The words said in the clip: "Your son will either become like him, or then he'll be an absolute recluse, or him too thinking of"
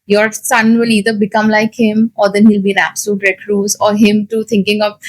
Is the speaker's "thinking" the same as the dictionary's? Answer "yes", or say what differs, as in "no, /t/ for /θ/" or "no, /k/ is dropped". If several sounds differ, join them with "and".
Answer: no, /t/ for /θ/